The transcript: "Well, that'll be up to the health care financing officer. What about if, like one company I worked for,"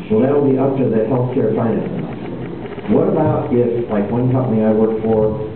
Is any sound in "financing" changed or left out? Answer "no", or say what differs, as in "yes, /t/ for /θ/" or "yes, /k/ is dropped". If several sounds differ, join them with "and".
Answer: yes, /n/ is dropped and /s/ is dropped